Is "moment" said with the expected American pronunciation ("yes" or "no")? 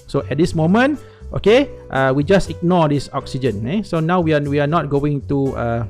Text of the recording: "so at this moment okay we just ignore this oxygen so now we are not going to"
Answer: yes